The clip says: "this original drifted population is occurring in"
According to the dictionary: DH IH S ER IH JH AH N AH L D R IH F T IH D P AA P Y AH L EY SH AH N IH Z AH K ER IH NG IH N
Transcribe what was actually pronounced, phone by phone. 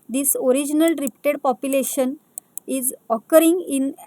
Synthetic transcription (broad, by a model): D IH S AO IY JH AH N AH L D R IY P T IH D P AA P Y AH L EY SH AH N IH Z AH K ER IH NG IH N